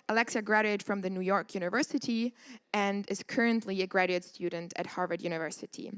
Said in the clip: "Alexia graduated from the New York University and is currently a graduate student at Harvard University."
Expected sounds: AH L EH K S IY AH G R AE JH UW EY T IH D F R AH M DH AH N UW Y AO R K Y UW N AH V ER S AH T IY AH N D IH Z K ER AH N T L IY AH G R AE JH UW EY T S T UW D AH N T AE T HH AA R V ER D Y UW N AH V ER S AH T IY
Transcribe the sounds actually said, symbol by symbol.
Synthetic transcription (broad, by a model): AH L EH K S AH G R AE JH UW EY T F R AH M DH AH N UW Y AO R K Y UW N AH V ER S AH T IY AH N D IH Z K ER AH N T L IY AH G R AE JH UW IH T S T UW D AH N T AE T HH AA R V ER D Y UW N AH V ER S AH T IY